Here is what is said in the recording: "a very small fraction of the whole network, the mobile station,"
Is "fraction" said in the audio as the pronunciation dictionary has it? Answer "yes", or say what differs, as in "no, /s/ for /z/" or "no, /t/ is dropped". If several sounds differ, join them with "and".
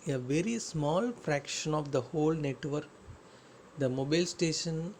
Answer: yes